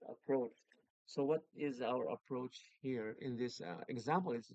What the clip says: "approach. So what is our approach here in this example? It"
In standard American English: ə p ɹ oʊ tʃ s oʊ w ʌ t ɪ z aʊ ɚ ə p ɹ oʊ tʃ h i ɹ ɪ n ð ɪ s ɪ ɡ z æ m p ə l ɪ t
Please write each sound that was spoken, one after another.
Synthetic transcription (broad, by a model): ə p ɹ oʊ tʃ s oʊ w ʌ t ɪ z aʊ ɚ ə p ɹ oʊ tʃ h i ɹ ɪ n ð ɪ s ɪ ɡ z æ m p ə l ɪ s